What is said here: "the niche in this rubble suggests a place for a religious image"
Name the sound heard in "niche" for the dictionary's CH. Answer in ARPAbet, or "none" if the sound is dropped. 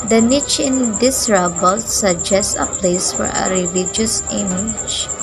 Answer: CH